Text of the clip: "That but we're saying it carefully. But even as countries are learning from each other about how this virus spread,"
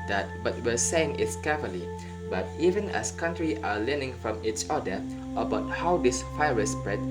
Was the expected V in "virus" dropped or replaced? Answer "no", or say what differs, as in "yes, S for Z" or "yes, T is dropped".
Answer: yes, F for V